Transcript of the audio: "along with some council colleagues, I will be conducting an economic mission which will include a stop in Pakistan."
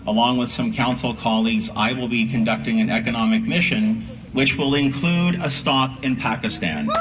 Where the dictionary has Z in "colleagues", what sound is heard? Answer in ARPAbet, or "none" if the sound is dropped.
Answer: Z